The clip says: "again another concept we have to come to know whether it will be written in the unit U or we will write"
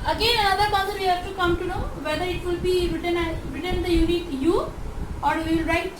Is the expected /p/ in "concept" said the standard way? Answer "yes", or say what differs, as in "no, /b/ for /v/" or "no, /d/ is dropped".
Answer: no, /p/ is dropped